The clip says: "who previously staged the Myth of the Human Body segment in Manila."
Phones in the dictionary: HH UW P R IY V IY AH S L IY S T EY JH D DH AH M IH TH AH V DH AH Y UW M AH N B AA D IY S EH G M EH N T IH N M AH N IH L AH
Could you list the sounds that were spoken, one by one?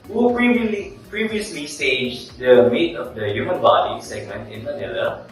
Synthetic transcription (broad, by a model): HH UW P R IY V IY AH S L IY S T EY JH D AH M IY T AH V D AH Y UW M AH N B AA D IY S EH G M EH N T IH N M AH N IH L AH